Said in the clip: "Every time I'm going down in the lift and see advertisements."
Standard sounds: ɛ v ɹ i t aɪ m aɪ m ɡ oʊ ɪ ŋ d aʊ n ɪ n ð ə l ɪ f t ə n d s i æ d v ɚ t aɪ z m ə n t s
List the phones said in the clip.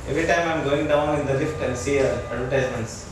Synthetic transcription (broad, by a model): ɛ v ɹ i t aɪ m aɪ m ɡ oʊ ɪ ŋ d aʊ n ɪ n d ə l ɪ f t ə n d s i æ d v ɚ t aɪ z m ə n t s